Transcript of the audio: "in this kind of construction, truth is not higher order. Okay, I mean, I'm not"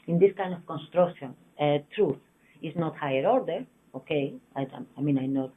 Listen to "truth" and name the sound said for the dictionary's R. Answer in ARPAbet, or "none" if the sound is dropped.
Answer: R